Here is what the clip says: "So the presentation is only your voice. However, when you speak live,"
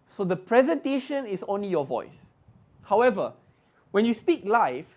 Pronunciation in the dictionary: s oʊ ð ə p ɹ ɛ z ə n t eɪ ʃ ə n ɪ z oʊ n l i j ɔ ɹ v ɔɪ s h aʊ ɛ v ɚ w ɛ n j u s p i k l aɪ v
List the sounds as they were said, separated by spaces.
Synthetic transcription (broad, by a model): s oʊ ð ə p ɹ ɛ z ə n t eɪ ʃ ə n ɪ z oʊ n l i j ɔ v ɔɪ s h aʊ ɛ v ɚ w ɛ n j u s p i k l aɪ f